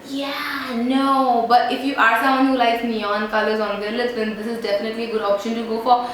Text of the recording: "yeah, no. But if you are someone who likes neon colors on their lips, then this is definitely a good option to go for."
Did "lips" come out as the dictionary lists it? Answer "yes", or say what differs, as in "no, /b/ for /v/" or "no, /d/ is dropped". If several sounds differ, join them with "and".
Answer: no, /p/ is dropped